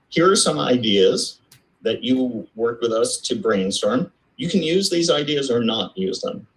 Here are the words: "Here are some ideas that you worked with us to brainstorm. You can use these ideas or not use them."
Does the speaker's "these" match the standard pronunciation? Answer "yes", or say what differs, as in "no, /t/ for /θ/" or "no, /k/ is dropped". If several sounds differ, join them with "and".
yes